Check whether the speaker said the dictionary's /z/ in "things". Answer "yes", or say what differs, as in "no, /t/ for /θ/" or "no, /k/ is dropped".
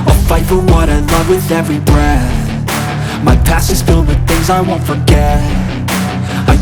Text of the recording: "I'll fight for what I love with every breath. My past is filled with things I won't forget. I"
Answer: yes